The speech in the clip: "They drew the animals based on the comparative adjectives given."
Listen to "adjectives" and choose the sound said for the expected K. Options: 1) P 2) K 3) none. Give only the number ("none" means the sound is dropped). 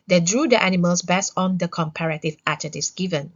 3